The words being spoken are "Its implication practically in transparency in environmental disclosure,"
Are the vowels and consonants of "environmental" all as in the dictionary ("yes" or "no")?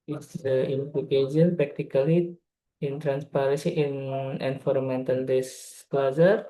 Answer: no